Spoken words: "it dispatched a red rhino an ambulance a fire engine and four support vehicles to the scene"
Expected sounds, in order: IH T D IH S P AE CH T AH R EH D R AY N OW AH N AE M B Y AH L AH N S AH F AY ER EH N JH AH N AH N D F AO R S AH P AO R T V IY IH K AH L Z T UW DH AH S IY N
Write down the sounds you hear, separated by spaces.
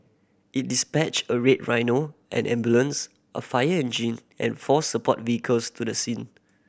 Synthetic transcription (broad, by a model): IH T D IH S P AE CH AH R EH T R AY N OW AH N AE M B Y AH L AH N S AH F AY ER EH N JH AH N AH N F AO S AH P AO T V IY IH K AH L S T UW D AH S IY N